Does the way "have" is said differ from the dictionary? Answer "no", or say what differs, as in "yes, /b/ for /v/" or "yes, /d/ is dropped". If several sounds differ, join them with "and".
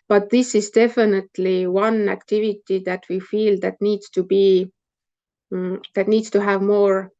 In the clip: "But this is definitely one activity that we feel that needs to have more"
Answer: no